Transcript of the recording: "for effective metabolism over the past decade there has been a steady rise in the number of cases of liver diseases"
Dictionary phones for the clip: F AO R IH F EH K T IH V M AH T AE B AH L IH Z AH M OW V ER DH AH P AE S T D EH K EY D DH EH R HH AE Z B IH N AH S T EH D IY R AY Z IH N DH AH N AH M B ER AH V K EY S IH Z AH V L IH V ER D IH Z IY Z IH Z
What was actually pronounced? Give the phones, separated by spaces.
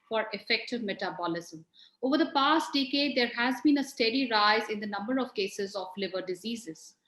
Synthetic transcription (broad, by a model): F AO R IH F EH K T IH V M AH T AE B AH L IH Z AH M OW V ER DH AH P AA S T D EH K EY D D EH R HH AE Z B IH N AH S T EH D IY R AY Z IH N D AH N AH M B ER AH V K EY S IH Z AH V L IH V ER D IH Z IY Z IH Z